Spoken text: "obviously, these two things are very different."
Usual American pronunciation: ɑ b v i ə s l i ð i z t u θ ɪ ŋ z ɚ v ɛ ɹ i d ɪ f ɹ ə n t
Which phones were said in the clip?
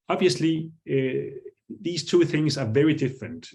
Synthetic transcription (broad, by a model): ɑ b v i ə s l i ð i z t u θ ɪ ŋ z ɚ v ɛ ɹ i d ɪ f ɹ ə n t